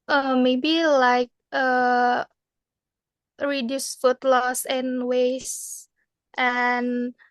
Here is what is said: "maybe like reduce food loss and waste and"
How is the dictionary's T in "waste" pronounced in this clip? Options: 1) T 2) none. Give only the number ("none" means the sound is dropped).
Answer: 1